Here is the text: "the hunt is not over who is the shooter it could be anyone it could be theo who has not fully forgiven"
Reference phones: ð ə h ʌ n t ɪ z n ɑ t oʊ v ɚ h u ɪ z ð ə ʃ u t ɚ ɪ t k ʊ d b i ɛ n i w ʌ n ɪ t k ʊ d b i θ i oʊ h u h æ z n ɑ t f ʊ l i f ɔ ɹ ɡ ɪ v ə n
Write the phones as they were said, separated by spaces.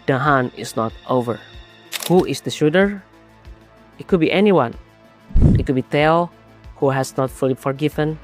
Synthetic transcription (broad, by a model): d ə h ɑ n ɪ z n ɑ t oʊ v ɚ h u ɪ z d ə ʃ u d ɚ ɪ t k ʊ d b i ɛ n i w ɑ n ɪ t k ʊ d b i t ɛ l h u h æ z n ɑ t f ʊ l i f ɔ ɹ ɡ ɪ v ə n